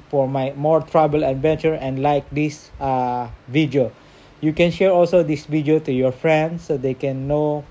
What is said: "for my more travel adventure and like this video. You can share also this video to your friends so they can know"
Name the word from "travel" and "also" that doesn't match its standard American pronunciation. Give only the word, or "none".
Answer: travel